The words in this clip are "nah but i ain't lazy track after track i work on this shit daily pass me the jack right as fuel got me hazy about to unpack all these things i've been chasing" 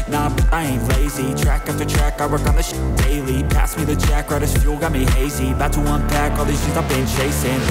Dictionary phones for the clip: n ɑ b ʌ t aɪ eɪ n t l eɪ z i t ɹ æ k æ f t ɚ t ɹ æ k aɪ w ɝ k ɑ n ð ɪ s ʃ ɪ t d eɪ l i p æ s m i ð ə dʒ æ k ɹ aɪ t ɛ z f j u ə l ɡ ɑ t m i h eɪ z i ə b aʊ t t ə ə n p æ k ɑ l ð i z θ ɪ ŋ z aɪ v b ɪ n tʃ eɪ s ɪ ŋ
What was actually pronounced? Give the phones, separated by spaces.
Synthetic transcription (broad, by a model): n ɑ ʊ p aɪ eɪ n l eɪ z i t ɹ æ k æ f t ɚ t ɹ æ k aɪ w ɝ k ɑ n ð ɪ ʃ d eɪ l i p æ s m i ð ə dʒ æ k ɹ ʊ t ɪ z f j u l ɡ ɑ t m i h eɪ z i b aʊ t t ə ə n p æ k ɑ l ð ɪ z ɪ z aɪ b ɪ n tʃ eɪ s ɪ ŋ